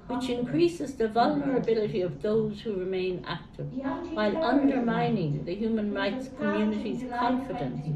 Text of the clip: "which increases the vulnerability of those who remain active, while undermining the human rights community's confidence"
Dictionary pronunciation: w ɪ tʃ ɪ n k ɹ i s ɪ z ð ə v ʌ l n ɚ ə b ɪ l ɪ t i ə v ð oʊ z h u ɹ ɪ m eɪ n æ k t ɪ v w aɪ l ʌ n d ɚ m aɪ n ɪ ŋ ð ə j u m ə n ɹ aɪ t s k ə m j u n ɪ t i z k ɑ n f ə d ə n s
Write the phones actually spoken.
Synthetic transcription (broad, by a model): w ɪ tʃ ɪ n k ɹ i s ɪ z ð ə v ʌ l n ɚ ə b ɪ l ɪ t i ə v ð oʊ z h u ɹ ɪ m eɪ n æ k t ɪ v w aɪ l ʌ n d ɚ m aɪ n ɪ ŋ ð ə j u m ə n ɹ aɪ t s k ə m j u n ɪ t i z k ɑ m f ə d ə n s